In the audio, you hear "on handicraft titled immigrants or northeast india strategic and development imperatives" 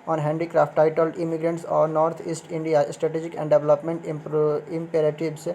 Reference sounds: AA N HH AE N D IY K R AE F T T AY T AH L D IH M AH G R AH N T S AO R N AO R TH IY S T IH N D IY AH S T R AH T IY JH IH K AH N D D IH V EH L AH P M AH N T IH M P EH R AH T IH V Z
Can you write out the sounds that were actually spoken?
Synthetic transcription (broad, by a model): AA N HH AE N D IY K R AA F T T AY T AH L D IH M AH G R AH N T S AO R N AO R T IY S T IH N D IY AH S T R AH T IY JH IH K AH N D D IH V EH L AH P M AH N T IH M P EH R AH T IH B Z